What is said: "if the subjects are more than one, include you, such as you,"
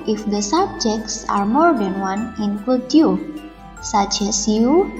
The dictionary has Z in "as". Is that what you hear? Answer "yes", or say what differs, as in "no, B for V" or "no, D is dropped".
no, S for Z